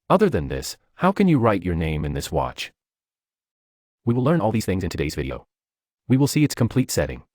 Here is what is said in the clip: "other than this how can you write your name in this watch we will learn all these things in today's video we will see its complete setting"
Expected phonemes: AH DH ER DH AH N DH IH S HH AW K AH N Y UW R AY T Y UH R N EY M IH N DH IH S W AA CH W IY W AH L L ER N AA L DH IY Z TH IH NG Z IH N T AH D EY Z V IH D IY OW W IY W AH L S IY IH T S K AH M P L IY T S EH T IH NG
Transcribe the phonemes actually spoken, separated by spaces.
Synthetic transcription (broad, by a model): AH DH ER DH AH N DH IH S HH AW K AH N Y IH R AY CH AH R N EY M IH N DH IH S W AA CH W IY W AH L L ER N AA L DH IY Z TH IH NG Z IH N T AH D EY Z V IH D IY OW W IY W AH L S IY IH T S K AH M P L IY T S EH T IH NG